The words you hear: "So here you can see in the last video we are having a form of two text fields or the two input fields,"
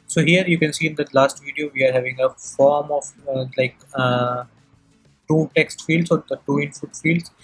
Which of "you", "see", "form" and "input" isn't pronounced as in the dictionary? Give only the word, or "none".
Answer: input